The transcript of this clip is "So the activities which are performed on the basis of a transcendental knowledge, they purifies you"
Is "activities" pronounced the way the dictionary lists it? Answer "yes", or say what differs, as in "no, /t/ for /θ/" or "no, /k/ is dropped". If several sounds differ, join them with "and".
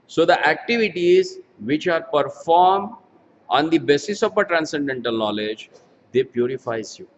yes